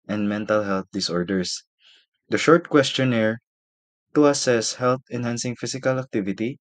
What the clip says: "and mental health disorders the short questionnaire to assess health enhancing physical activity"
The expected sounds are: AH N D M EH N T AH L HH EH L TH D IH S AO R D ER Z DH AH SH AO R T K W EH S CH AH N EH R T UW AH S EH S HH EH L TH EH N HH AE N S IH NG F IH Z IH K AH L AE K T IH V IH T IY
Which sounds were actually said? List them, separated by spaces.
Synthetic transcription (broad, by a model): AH N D M EH N T AH L HH EH L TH D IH S AO R D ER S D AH SH AO R T K W EH S CH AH N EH R T UW AH S EH S HH EH L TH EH N HH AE N S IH NG F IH S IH K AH L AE K T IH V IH T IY